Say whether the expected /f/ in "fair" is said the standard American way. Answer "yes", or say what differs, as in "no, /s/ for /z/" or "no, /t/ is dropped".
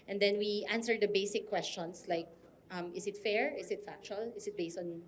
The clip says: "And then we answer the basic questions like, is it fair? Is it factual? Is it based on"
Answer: yes